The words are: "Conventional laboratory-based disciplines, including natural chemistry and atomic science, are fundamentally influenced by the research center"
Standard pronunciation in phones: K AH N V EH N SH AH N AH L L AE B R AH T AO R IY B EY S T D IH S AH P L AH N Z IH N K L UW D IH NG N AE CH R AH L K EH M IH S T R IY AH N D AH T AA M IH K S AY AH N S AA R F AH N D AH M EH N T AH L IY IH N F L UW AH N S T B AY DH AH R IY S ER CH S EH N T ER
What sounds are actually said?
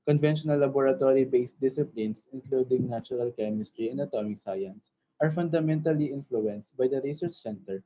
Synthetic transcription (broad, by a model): K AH N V EH N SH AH N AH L L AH B R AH T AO R IY B EY S T D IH S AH P L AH N S IH N K L UW D IH NG N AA CH R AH L K EH M IH S T R IY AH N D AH T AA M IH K S AY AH N S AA R F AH N D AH M EH N T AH L IY IH N F L UW AH N S T B AY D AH R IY S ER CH S EH N T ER